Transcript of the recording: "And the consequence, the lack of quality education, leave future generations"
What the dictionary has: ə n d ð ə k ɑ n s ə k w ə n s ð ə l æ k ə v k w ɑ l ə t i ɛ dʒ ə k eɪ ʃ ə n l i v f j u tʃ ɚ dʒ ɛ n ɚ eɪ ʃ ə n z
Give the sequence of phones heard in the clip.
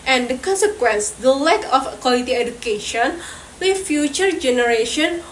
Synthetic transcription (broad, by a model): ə n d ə k ɑ n s ə k w ə n s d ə l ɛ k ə f k w ɑ l ə t i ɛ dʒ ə k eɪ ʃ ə n w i f j u tʃ ɚ dʒ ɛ n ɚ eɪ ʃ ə n